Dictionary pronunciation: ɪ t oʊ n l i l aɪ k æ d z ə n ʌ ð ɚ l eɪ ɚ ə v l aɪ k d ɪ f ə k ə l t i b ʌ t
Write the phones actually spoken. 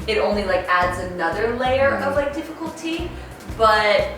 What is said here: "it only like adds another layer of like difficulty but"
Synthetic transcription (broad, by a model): ɪ t oʊ n l i l aɪ k æ d z ə n ʌ ð ɚ l eɪ ɚ ə v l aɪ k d ɪ f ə k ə l t i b ʌ t